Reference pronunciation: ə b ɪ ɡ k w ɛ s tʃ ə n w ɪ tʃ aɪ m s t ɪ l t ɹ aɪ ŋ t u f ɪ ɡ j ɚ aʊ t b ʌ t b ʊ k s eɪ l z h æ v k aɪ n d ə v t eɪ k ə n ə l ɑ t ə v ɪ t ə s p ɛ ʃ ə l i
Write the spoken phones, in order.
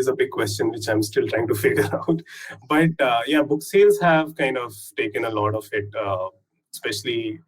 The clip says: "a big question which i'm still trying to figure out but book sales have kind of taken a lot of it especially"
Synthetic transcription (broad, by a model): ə b ɪ ɡ k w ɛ s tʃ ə n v ɪ tʃ aɪ m s t ɪ l t ɹ aɪ ŋ t u f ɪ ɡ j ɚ aʊ t b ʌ t b ʊ k s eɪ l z h æ v k aɪ n d ə v t eɪ k ə n ə l ɑ t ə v ɪ t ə s p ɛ ʃ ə l i